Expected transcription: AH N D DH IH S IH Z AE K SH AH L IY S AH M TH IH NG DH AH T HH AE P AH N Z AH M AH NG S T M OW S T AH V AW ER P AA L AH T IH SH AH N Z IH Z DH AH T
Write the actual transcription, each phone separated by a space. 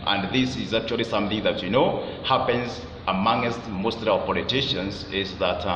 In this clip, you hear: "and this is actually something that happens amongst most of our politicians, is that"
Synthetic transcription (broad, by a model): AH N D DH IH S IH Z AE K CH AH L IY S AH M TH IH NG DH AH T HH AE P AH N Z AH M AH NG S T M OW S T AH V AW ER P AA L AH T IH SH AH N Z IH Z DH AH T